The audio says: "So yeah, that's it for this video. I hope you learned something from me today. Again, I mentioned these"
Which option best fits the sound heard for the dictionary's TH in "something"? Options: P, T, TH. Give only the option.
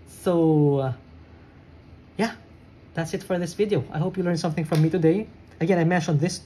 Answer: TH